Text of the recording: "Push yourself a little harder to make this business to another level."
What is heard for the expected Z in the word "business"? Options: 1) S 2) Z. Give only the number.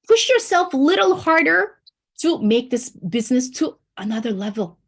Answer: 2